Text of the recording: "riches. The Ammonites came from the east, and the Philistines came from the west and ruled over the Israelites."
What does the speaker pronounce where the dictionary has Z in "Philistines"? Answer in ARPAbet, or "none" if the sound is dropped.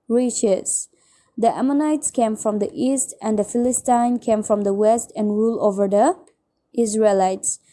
none